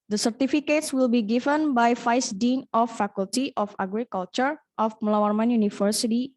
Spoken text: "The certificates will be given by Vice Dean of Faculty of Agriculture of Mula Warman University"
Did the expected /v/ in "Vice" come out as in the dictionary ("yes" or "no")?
no